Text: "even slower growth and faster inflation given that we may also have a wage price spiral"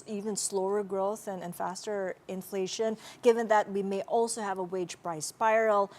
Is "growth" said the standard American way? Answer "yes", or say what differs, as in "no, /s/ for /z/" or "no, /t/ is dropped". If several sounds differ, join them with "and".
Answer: yes